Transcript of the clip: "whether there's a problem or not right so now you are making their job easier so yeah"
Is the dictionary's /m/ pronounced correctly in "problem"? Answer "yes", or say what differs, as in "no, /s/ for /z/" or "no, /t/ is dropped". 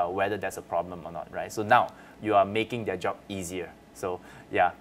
yes